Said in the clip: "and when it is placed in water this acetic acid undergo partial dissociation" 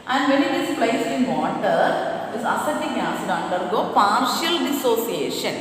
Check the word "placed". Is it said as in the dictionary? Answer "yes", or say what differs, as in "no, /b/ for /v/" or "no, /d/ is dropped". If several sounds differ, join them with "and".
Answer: no, /t/ is dropped